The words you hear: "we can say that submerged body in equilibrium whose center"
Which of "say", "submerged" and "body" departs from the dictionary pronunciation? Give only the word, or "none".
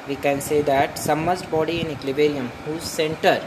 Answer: submerged